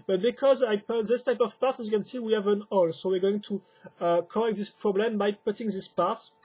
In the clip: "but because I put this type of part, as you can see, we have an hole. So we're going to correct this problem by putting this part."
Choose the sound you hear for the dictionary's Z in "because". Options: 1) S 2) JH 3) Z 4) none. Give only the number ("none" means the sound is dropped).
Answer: 3